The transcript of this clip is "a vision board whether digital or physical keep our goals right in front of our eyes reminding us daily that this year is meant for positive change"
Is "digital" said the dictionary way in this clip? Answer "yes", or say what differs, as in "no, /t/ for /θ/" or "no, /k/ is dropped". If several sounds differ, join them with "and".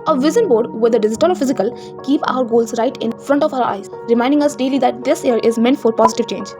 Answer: no, /z/ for /dʒ/